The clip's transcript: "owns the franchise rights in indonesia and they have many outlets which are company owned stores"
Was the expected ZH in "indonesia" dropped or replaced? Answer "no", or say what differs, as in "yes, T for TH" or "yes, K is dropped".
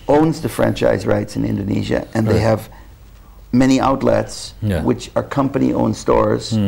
no